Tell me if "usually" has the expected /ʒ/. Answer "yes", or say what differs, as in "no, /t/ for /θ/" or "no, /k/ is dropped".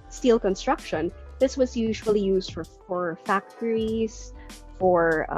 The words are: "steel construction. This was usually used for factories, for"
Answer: yes